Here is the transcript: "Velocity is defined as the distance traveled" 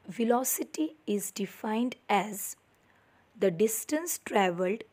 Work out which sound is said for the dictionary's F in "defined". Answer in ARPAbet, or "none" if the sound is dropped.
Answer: F